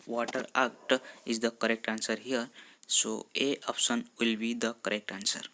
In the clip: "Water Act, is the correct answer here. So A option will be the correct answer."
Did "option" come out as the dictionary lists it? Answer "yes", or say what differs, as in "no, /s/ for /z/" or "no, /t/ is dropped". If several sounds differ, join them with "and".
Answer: no, /s/ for /ʃ/